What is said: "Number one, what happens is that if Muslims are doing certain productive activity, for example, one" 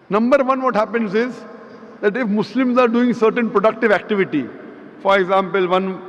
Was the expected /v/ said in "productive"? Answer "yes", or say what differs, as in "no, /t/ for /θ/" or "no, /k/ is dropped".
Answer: yes